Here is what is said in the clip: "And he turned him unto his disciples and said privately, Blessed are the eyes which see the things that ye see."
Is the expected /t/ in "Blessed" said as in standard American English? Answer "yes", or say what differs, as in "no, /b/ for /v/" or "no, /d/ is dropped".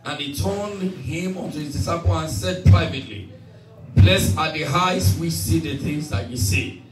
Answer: no, /t/ is dropped